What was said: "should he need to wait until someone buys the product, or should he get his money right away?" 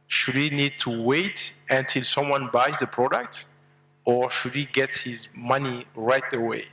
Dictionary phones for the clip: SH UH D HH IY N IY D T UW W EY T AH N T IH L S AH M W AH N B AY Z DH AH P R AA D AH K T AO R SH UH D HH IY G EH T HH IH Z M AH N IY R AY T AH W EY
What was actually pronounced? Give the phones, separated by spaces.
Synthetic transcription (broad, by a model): SH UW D HH IY N IY D T UW W EY T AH N T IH L S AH M W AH N B AY Z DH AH P R AA D AH K T AO R SH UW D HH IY G EH T HH IH Z M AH N IY R AY T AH W EY